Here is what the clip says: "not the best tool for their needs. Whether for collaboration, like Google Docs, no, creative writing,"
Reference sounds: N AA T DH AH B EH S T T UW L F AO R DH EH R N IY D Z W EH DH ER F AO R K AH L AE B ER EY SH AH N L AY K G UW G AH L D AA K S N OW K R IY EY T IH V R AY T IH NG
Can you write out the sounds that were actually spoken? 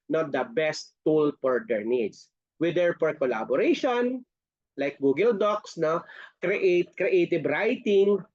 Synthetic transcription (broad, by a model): N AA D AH B EH S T T UW L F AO R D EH R N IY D S W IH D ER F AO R K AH L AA B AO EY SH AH N L AY K G UW G AH L D AA K S N OW K R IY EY T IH B R AY T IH NG